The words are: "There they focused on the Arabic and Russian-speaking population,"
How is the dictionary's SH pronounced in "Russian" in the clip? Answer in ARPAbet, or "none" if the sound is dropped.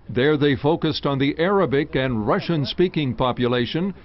SH